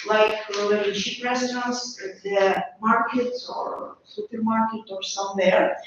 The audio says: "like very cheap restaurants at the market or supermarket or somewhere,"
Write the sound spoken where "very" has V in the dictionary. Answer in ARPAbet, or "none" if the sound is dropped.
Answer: W